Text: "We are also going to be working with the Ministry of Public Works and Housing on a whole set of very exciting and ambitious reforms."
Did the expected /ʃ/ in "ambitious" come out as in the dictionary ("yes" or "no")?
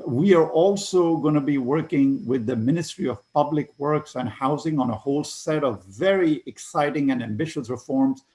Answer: yes